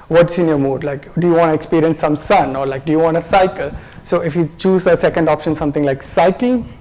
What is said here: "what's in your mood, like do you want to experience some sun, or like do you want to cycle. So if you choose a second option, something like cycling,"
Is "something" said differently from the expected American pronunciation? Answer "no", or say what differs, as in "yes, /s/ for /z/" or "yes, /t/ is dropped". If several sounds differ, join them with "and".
yes, /t/ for /θ/